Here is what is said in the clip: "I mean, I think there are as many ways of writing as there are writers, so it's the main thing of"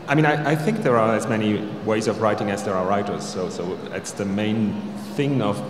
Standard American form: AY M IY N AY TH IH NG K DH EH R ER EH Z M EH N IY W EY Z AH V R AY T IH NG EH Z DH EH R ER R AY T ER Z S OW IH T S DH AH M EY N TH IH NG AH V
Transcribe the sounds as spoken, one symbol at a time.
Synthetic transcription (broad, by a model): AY M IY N AY TH IH NG K DH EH R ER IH Z M EH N IY W EY Z AH V R AY T IH NG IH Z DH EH R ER R AY T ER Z S OW IH T S DH AH M EY N TH IH NG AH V